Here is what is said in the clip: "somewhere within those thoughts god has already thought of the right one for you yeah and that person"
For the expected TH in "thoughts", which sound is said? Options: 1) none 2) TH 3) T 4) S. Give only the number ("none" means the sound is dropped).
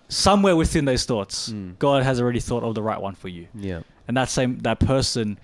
2